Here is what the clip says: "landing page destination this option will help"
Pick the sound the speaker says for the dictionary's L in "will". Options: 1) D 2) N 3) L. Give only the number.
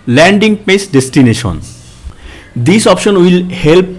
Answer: 3